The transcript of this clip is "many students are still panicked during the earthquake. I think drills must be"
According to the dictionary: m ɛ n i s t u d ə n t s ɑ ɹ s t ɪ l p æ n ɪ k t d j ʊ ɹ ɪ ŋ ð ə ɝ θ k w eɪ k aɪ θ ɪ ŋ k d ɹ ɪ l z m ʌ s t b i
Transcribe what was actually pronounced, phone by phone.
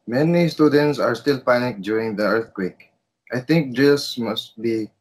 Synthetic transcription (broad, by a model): m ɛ n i s t u d ə n t s ɑ ɹ s t ɪ l p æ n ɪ k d j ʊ ɹ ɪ ŋ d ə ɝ t k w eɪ k aɪ t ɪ ŋ k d ɪ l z m ʌ s t b i